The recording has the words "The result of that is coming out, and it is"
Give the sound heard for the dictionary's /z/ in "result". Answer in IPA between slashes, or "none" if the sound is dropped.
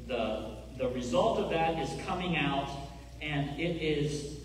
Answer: /z/